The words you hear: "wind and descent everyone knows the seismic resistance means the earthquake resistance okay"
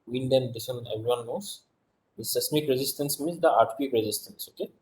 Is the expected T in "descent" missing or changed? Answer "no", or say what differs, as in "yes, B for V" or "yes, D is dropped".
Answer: yes, T is dropped